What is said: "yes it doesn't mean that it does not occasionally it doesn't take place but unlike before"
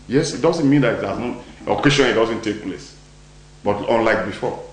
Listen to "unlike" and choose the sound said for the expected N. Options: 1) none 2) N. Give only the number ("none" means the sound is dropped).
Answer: 2